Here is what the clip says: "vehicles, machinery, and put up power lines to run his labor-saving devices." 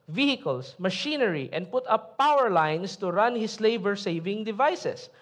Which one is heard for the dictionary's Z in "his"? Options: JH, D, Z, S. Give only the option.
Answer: S